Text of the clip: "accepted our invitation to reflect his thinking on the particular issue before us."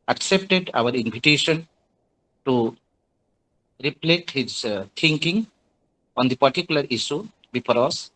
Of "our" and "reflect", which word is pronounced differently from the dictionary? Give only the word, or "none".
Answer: reflect